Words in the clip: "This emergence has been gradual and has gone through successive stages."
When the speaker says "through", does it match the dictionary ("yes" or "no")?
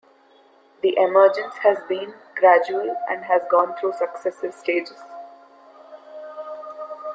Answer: no